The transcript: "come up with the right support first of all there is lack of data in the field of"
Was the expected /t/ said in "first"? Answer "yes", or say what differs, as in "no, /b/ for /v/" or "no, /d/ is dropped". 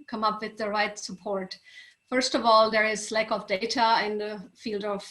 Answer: yes